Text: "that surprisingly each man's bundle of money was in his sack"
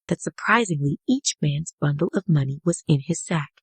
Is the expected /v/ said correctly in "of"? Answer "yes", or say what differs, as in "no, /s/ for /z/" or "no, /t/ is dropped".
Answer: yes